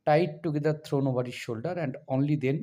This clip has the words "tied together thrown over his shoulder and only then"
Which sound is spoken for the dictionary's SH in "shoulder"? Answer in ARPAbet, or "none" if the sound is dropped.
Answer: SH